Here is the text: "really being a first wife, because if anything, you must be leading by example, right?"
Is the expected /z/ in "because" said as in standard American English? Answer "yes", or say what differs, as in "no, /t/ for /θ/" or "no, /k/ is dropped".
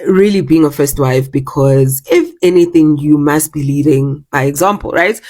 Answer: yes